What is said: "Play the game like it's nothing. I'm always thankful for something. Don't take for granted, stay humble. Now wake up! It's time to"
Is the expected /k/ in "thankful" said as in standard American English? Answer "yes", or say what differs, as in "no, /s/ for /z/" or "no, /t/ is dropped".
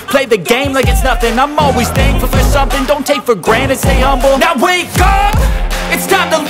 no, /k/ is dropped